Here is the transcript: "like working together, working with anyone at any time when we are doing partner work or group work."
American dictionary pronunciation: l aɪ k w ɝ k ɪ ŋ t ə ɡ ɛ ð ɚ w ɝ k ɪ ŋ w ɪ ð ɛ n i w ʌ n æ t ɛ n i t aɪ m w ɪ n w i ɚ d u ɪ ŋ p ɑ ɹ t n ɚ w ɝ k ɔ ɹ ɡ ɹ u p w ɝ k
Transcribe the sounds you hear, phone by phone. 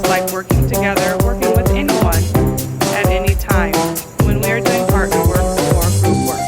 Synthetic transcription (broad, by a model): l aɪ k w ɝ k ɪ ŋ t ə ɡ ɛ ð ɚ w ɝ k ɪ ŋ w ɪ ð ɛ n i w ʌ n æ t ɛ n i t aɪ m w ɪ n w i ɚ d u ɪ ŋ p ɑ ɹ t ɚ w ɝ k ɔ ɹ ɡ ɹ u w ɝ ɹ